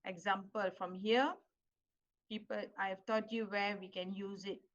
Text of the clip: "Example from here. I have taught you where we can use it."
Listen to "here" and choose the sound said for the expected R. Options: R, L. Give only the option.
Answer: L